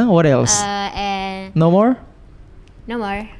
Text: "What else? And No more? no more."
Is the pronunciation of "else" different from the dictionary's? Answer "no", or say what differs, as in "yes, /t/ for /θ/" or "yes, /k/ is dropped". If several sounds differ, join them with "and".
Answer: no